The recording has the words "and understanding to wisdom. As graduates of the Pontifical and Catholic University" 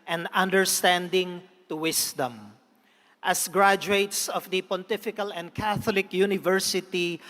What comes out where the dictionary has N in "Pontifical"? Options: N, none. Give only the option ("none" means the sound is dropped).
N